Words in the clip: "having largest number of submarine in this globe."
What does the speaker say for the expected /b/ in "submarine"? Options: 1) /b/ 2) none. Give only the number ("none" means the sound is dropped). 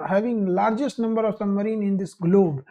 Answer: 2